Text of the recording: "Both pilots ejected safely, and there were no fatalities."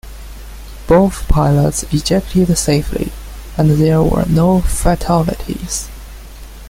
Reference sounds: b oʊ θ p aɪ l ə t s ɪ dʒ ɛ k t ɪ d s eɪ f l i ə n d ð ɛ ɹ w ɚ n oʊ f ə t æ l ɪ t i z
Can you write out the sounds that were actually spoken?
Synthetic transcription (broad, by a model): b oʊ θ p aɪ l ə t s ɪ dʒ ɛ k t ɪ d s eɪ f l i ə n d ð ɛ ɹ w ɚ n oʊ f ə t æ l ɪ t i z